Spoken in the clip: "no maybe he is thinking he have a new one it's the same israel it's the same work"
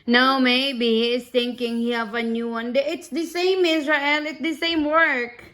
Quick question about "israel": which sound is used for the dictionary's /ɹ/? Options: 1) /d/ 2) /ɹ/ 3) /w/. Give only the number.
2